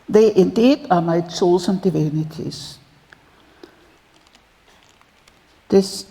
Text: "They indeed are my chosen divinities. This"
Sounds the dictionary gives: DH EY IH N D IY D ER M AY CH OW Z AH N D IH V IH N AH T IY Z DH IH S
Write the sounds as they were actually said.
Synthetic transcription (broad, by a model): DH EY IH N D IY D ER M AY S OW S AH N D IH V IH N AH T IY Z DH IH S